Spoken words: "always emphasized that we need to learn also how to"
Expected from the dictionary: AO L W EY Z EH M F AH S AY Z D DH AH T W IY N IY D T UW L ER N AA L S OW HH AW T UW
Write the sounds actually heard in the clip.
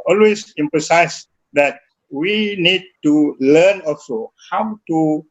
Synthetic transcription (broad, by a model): AO L W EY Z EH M P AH S AY S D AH T W IY N IY D T UW L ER N AA L S OW HH AW T UW